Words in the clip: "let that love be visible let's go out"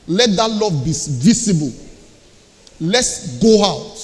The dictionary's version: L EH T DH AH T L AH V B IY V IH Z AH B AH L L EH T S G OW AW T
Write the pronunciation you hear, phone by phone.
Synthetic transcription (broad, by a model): L EH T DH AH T L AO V B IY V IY S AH B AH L L EH T S G OW AW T